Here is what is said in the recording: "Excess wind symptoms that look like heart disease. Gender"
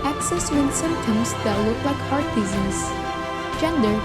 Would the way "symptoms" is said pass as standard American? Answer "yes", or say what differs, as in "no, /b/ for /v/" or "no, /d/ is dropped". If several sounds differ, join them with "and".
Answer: no, /p/ is dropped